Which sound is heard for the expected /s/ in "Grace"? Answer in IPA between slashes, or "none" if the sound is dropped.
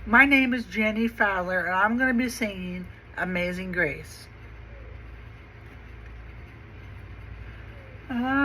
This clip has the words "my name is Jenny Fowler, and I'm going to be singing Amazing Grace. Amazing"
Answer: none